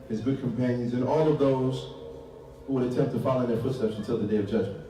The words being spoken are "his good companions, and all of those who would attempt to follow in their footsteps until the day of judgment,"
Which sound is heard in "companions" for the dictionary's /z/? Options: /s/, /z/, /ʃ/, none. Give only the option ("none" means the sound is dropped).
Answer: /z/